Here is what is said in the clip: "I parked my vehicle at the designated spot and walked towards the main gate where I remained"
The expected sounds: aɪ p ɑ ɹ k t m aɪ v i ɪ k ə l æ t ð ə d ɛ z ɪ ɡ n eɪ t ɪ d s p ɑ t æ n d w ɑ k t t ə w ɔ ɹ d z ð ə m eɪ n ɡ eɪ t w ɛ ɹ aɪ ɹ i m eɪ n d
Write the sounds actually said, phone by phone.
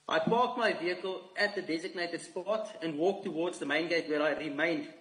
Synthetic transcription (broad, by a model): aɪ p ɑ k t m aɪ v i ɪ k ə l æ t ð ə d ɛ z ɪ ɡ n eɪ t ɪ d s p ɑ t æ n d w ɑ k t t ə w ɔ d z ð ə m eɪ n ɡ eɪ t w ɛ ɹ aɪ ɹ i m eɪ n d